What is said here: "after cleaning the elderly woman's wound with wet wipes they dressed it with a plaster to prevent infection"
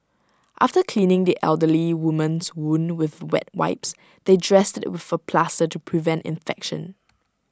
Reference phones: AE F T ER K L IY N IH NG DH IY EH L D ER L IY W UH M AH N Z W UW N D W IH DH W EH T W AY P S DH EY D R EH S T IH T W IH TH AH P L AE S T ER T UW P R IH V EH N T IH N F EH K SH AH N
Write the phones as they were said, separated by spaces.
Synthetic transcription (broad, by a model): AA F T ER K L IY N IH NG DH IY EH L D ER L IY W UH M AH N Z W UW N W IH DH W EH T W AY P S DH EY D R EH S T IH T W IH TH AH P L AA S T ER T UW P R IH V EH N T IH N F EH K SH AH N